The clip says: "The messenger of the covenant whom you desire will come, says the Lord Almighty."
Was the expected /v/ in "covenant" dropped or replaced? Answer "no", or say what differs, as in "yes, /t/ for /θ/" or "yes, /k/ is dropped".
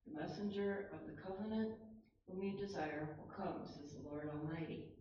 no